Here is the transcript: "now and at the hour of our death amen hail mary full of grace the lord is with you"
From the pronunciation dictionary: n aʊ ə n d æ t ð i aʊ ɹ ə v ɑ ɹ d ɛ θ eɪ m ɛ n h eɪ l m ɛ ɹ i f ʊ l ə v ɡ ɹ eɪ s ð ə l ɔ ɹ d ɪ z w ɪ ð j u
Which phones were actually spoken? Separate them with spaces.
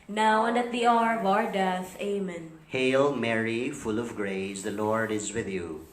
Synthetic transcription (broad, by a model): n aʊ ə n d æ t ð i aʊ ɹ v ɑ ɹ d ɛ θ eɪ m ɛ n h eɪ l m ɛ ɹ i f ʊ l ə v ɡ ɹ eɪ s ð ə l ɔ ɹ d ɪ z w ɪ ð j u